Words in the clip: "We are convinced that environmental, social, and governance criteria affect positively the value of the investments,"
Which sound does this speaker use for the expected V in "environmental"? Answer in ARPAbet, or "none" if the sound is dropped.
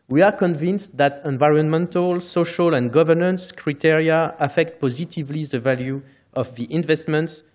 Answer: V